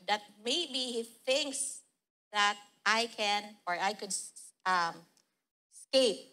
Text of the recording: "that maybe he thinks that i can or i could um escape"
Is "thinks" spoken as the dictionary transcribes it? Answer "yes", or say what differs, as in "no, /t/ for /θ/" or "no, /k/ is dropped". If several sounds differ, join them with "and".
yes